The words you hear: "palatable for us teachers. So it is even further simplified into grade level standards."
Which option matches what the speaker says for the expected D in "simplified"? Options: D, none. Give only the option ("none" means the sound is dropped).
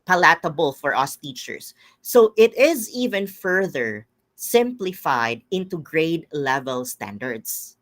D